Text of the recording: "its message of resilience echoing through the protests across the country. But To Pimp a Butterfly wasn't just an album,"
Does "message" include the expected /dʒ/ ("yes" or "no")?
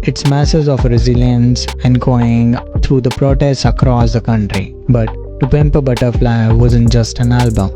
no